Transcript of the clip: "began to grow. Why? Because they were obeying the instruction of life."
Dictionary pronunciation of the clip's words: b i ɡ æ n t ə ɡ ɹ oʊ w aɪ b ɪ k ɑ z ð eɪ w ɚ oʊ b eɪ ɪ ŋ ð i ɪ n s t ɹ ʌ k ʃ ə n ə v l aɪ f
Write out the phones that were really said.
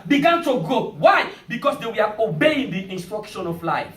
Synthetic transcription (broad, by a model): b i ɡ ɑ n t ə ɡ oʊ w aɪ b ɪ k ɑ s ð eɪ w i oʊ b eɪ ɪ ŋ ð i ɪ n s t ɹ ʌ k ʃ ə n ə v l aɪ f